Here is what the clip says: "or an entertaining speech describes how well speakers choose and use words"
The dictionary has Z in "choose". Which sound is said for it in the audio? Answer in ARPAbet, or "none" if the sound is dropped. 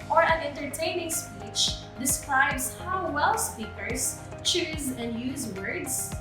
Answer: Z